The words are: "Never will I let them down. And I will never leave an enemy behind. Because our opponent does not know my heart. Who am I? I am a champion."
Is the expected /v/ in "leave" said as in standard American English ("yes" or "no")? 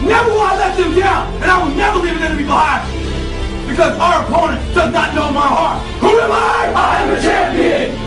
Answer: yes